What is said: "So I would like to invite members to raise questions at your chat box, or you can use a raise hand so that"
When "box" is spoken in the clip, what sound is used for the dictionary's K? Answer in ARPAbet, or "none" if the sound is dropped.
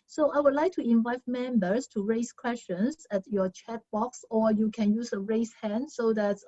K